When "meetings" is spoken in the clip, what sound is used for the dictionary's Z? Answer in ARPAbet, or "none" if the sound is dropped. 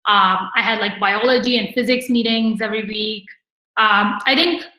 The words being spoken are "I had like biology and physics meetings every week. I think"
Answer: Z